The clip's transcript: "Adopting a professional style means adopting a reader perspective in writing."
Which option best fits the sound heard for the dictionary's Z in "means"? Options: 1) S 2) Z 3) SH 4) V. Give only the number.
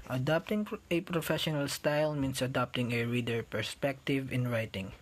1